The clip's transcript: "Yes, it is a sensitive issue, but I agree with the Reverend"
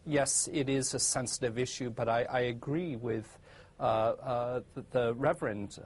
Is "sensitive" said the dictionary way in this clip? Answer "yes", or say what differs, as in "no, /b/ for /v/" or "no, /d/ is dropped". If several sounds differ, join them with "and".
yes